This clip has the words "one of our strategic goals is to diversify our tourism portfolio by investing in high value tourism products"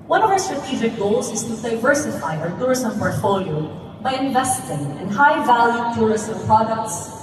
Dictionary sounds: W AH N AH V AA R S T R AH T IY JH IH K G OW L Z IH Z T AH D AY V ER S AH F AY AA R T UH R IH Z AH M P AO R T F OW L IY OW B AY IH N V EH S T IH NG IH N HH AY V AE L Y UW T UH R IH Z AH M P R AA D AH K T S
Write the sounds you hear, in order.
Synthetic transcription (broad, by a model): W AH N AH V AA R S T R AH T IY JH IH K G OW L Z IH Z T AH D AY V ER S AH F AY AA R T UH R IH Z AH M P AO R T F OW L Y OW B AY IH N V EH S T IH NG IH N HH AY V AE L Y UW T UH R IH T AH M P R AA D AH K T S